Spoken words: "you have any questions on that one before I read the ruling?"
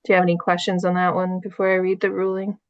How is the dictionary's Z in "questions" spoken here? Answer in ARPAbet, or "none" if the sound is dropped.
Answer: Z